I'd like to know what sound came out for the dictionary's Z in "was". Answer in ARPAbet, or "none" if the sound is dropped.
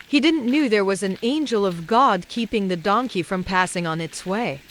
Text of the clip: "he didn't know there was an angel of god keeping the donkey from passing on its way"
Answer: Z